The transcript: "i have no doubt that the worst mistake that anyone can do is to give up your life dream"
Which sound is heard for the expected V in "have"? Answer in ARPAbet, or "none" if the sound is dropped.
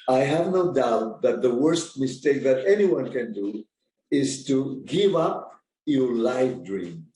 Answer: V